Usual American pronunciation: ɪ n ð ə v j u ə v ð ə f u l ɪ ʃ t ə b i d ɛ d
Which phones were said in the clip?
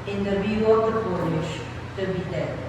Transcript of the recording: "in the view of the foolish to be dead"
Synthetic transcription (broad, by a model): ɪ n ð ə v j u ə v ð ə p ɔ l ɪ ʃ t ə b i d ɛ